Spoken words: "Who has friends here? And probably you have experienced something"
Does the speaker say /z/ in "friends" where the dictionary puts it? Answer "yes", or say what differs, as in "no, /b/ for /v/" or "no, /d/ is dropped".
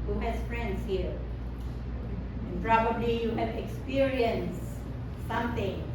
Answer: no, /s/ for /z/